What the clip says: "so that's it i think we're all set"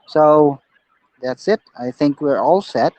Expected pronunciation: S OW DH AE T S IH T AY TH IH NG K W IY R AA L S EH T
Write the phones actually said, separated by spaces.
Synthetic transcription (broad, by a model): S OW DH AE T S IH T AY TH IH NG K W IY R AA L S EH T